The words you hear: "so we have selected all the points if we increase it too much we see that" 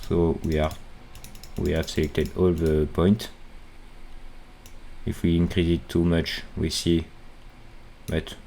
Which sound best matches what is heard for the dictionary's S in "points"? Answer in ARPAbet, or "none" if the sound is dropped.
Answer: none